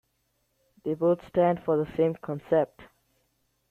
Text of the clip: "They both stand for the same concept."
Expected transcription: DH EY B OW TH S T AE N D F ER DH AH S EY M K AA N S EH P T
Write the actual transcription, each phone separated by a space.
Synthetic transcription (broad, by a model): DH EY B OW T S T AE N D F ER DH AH S EY M K AA N S EH P T